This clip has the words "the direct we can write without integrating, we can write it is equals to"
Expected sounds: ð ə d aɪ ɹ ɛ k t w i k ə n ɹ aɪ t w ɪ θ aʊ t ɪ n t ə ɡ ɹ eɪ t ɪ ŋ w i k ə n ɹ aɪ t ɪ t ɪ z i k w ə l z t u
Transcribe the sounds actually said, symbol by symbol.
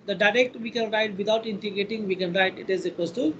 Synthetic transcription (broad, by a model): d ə d aɪ ɹ ɛ k t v i k ə n ɹ aɪ t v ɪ t aʊ t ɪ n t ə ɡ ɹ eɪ t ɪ ŋ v i k ə n ɹ aɪ t ɪ t ɪ z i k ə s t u